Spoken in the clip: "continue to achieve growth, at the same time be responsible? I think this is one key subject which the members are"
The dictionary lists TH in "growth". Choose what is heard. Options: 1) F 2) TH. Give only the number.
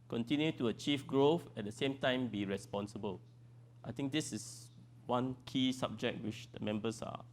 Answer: 1